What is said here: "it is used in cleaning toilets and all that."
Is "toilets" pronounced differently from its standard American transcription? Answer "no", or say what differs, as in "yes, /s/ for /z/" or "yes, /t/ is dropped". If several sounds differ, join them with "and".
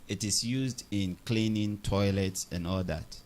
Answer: no